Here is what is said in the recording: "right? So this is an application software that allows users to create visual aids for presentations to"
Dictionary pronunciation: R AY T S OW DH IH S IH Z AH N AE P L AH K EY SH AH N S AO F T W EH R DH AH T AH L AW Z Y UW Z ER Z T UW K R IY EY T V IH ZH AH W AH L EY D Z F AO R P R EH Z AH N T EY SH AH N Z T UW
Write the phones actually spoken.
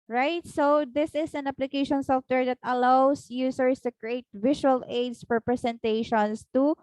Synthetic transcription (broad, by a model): R AY T S OW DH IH S IH S AH N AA P L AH K EY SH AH N S AO F T W EH R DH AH T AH L AW S Y UW S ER S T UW K R IY EY T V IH SH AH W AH L EY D S F AO R P R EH S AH N T EY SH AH N S T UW